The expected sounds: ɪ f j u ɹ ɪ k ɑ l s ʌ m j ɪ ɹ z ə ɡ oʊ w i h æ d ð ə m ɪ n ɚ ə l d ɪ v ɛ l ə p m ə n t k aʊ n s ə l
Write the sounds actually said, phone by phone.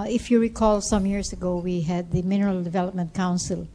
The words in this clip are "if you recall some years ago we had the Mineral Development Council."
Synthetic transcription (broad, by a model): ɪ f j u ɹ ɪ k ɑ l s ʌ m j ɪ ɹ s ə ɡ oʊ w i h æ d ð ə m ɪ n ɚ ə l d ɪ v ɛ l ə p m ə n t k aʊ n s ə l